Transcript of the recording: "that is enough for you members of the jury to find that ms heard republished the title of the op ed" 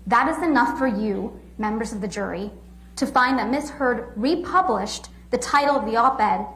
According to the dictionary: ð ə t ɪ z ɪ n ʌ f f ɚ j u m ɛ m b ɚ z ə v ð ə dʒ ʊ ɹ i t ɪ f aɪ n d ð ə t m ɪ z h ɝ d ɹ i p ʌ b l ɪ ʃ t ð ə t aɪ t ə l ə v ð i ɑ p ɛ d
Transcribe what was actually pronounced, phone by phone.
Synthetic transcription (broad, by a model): ð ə t ɪ z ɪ n ʌ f f ɚ j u m ɛ m b ɚ z ə v ð ə dʒ ʊ ɹ i t ɪ f aɪ n ð ə t m ɪ s h ɝ d ɹ i p ʌ b l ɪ ʃ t ð ə t aɪ t l ə v ð i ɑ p ɛ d